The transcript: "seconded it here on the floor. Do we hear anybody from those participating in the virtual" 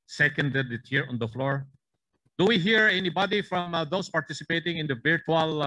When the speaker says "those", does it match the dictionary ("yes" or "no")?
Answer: no